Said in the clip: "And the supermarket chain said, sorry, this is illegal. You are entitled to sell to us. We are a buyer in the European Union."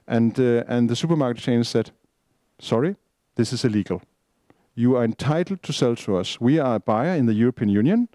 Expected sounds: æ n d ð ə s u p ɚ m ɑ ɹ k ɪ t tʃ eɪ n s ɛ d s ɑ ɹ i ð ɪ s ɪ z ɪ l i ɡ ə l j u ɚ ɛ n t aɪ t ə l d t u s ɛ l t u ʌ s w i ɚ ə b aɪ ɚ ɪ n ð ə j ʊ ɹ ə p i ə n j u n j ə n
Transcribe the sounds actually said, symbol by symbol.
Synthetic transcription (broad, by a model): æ n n ð ə s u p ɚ m ɑ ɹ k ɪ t tʃ eɪ n s ɛ d s ɑ ɹ i ð ɪ s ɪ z ɪ l i ɡ ə l j u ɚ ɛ n t aɪ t l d t u s ɛ l t u ʌ s w i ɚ ə b aɪ ɚ ɪ n ð ə j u ɹ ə p i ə n j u n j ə n